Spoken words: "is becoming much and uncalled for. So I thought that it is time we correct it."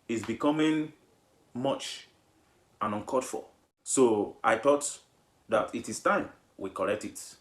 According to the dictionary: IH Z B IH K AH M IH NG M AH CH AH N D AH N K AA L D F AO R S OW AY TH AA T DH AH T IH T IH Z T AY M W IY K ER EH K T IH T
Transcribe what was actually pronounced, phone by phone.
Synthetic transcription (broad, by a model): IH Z B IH K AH M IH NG M AH CH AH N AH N K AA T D F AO L S OW AY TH AA T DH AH T IH T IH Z T AY M W IY K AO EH K T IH T